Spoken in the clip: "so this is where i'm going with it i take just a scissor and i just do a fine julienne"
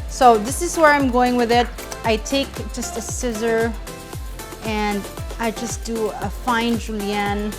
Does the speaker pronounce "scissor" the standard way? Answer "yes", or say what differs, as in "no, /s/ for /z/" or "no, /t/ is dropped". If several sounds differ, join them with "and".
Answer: yes